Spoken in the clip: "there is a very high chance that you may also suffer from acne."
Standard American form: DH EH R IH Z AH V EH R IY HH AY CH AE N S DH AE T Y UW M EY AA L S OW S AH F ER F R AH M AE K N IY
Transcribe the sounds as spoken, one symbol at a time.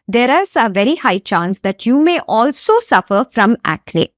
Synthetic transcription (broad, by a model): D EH R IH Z AH V EH R IY HH AY CH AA N S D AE T Y UW M EY AA L S OW S AH F ER F R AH M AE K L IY